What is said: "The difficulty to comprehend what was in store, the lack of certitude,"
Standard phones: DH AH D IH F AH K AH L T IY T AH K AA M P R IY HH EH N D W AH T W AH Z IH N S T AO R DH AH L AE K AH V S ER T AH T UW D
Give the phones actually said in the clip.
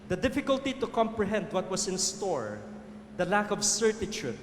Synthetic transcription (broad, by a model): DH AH D IH F AH K AH L T IY T AH K AA M P R IY HH EH N D W AH T W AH S IH N S T AO R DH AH L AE K AH V S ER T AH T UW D